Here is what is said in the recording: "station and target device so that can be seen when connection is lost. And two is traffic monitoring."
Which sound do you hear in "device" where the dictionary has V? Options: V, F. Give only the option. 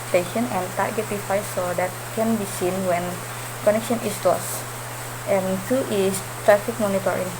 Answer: F